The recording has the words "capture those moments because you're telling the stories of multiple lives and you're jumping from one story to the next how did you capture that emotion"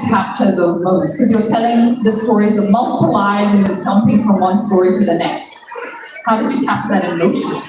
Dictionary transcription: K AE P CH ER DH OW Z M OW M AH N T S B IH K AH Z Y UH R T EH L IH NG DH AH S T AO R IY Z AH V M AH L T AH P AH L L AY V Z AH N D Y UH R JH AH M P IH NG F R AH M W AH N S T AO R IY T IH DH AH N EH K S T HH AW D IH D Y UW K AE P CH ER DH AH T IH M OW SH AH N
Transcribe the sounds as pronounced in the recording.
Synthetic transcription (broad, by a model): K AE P CH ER DH OW Z M OW M AH N T S K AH Z Y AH R T EH L IH NG DH AH S T AO R IY Z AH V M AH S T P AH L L AY Z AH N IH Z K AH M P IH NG F R AH M W AH N S T AO R IY T IH DH AH N EH K S T HH AW D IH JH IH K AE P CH DH AH T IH M OW SH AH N